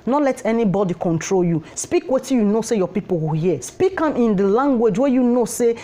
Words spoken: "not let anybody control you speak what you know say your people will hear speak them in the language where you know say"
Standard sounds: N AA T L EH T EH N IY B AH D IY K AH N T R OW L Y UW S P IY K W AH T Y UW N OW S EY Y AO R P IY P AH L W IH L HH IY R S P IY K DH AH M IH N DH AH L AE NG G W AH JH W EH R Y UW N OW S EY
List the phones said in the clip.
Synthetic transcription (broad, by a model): N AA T L EH T EH N IY B AH D IY K AH N T R OW L Y UW S P IY K W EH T Y UW N OW S EY Y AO P IY P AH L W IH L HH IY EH S P IY K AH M IH N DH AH L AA NG G W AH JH W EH Y UW N OW S EY